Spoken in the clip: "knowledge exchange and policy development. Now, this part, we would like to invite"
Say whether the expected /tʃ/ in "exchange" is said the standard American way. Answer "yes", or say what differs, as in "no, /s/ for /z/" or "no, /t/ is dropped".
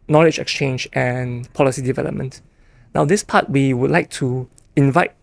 yes